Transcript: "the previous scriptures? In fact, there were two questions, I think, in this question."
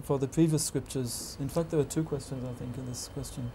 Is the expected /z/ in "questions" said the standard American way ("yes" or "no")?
yes